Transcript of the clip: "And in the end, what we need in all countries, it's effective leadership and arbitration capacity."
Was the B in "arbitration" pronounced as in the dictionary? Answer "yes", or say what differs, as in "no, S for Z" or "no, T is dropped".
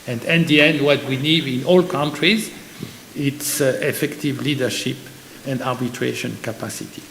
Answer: yes